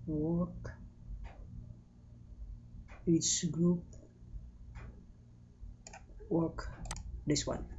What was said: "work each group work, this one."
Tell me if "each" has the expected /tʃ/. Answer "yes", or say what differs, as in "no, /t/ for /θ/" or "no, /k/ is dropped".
no, /s/ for /tʃ/